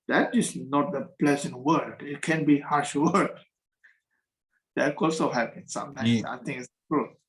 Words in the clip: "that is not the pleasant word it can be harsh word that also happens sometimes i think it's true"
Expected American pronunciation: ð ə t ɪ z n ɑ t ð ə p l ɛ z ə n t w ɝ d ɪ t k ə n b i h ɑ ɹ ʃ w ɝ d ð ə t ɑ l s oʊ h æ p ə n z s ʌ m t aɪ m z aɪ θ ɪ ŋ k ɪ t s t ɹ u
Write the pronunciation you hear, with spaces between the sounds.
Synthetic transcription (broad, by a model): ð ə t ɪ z n ɑ t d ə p l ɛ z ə n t w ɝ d ɪ t k ə n b i h ɑ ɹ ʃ w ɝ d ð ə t ɑ l s oʊ h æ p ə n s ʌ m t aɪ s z aɪ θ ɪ ŋ ɪ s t ɹ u